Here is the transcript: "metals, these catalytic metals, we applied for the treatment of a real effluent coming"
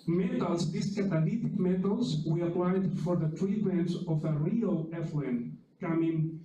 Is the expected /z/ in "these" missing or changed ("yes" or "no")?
yes